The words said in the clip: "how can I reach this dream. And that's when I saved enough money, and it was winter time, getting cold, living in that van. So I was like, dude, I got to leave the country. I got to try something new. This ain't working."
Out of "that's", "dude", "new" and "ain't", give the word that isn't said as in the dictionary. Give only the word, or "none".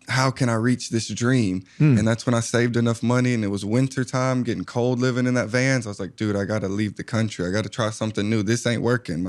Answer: none